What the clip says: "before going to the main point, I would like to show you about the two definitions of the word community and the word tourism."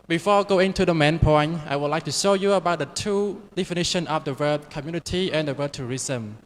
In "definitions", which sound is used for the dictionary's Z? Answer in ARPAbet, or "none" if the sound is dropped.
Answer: none